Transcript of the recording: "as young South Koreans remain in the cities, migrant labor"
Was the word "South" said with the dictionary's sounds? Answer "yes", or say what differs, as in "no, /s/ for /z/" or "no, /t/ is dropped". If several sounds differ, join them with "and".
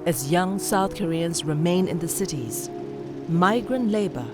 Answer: yes